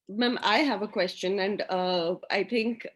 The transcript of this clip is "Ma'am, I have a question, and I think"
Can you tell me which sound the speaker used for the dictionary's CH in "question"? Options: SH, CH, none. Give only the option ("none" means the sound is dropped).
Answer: CH